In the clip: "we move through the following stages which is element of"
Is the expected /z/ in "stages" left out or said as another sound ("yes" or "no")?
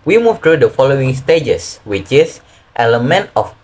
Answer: yes